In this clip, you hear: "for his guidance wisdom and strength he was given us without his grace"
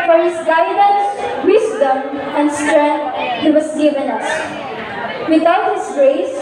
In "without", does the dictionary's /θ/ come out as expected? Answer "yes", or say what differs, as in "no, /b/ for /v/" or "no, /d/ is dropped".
no, /t/ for /θ/